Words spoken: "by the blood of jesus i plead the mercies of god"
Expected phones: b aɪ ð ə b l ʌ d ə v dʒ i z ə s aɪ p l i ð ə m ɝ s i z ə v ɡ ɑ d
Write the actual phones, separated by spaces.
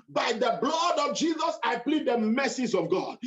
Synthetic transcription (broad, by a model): b aɪ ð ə b l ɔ d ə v dʒ i z ə s aɪ p l i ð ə m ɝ s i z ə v ɡ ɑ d